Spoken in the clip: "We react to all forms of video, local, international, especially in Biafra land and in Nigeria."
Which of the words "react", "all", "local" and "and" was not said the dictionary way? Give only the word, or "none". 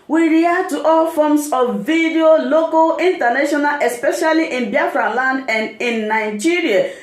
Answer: react